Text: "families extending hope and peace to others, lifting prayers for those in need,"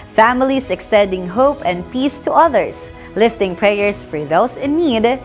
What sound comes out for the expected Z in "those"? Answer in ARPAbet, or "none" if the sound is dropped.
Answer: S